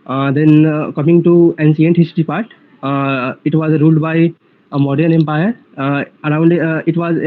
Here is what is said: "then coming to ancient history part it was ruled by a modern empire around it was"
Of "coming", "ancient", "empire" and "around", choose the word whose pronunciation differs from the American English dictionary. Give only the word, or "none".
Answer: ancient